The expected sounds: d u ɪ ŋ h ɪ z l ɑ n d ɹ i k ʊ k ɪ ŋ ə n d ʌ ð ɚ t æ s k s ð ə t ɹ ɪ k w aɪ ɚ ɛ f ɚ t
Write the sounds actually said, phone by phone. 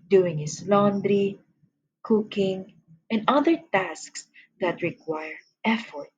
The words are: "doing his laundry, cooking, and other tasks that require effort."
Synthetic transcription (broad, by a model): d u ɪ ŋ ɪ s l ɑ n d ɹ i k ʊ k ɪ ŋ ə n d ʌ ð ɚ t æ s k s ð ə t ɹ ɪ k w aɪ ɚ ɛ f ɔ t